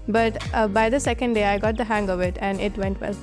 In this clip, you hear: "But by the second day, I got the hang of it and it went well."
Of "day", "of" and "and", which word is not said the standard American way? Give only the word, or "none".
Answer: none